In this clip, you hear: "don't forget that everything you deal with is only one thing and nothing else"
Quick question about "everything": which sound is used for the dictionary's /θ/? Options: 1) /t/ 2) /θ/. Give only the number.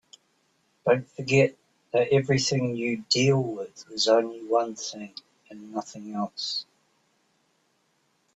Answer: 2